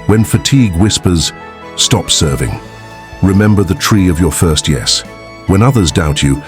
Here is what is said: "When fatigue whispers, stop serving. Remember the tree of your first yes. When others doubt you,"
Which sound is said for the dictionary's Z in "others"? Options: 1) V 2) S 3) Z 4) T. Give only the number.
3